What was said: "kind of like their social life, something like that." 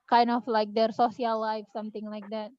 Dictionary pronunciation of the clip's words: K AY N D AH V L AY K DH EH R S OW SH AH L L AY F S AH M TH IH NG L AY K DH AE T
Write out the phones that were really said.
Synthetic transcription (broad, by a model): K AY N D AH F L AY K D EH R S OW S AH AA L AY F S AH M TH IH NG L AY K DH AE T